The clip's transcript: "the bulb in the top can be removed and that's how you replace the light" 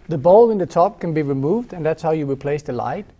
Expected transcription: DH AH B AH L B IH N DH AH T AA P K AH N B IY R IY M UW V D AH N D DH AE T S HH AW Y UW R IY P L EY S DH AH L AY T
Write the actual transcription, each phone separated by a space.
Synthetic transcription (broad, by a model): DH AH B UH L IH N DH AH T AA P K AH N B IY R IY M UW V D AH N DH AE T S HH AW Y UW R IY P L EY S DH AH L AY T